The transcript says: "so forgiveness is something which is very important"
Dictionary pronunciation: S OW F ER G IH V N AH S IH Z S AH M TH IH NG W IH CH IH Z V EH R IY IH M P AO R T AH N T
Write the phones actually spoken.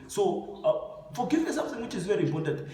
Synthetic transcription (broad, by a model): S OW F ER G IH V AH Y S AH M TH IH NG W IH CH IH Z V EH R IY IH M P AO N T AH N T